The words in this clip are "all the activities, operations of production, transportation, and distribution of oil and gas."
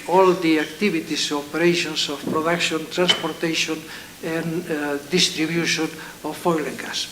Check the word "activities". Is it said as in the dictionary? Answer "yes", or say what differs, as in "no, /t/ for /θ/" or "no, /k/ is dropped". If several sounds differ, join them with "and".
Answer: no, /b/ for /v/ and /s/ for /z/